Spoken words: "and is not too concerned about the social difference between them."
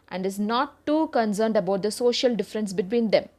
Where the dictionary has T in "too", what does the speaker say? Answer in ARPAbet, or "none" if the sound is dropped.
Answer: T